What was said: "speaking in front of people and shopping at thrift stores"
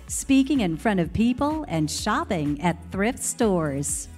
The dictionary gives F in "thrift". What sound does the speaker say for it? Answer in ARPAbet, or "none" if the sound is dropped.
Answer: F